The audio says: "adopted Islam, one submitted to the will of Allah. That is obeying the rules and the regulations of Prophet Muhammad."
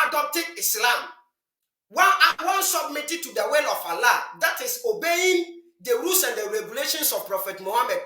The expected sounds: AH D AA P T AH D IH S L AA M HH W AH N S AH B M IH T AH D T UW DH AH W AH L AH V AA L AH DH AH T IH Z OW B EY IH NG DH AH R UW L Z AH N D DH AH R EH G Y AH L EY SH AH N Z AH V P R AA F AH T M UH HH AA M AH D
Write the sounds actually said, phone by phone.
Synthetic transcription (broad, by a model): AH D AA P T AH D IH S L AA M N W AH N S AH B M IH T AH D T UW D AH W AH L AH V AA L AH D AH T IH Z OW B EY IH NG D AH R UW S AH N D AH R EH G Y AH L EY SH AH N S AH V P R AA F AH T M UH HH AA M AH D